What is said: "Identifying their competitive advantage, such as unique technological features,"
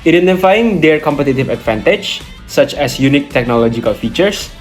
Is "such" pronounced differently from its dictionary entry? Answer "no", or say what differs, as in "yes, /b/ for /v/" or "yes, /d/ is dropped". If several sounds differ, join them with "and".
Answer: no